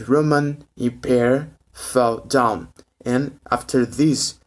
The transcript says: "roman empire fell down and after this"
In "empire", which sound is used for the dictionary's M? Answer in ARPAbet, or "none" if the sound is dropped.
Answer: none